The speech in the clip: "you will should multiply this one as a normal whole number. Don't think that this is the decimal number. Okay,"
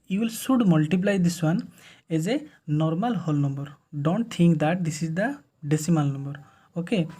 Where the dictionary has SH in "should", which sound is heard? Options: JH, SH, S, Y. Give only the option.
S